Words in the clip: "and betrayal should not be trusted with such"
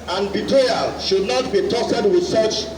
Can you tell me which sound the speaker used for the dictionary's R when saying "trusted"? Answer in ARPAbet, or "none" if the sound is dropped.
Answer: none